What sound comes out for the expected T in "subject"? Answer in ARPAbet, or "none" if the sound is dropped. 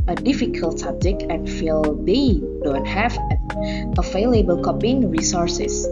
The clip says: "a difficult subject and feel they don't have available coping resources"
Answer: none